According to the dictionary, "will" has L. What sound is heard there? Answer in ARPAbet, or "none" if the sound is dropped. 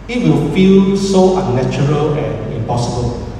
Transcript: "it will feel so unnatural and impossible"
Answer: L